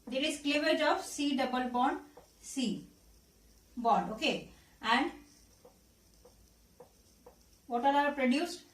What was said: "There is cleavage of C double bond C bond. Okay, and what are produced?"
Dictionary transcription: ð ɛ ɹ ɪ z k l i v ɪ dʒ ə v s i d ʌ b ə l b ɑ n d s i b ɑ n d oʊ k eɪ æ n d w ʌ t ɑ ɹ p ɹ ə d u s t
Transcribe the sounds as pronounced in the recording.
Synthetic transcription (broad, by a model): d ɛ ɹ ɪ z k l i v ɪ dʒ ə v s i d ʌ b ə l b ɑ n d s i b ɑ n d oʊ k eɪ æ n d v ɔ t ɑ ɹ p ɹ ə d u s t